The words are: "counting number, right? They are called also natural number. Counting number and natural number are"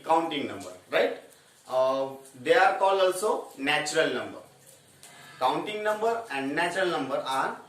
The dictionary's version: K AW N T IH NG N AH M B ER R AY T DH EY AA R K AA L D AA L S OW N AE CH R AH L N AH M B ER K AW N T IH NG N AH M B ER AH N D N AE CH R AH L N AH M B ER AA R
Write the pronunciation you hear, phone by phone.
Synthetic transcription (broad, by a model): K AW N T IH NG N AH M B ER R AY T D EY AA R K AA L AA L S OW N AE CH R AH L N AH M B ER K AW N T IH NG N AH M B ER AH N D N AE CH R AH L N AH M B ER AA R